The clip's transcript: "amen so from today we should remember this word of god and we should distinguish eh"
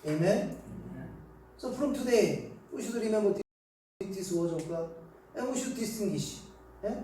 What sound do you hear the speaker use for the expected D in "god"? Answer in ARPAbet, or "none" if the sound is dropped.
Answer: none